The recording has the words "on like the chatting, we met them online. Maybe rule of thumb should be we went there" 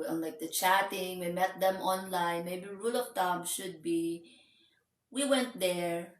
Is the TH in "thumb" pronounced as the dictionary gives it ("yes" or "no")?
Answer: no